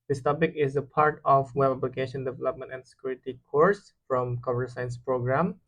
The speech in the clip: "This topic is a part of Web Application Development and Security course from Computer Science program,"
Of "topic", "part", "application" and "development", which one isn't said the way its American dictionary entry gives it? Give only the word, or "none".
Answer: application